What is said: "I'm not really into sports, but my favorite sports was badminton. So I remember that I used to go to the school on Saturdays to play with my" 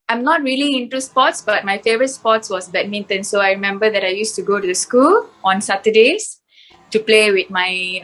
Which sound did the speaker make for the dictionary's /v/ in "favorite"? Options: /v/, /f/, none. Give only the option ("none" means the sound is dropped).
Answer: /v/